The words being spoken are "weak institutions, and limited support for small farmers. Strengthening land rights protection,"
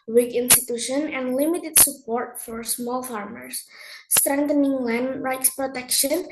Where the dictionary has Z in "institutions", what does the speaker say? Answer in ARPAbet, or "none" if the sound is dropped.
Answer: none